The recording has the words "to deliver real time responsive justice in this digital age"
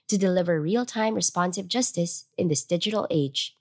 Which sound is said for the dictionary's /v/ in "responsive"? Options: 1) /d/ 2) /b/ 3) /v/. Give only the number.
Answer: 3